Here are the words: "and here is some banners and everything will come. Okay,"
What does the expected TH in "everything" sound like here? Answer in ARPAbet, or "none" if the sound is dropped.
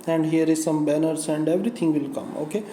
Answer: T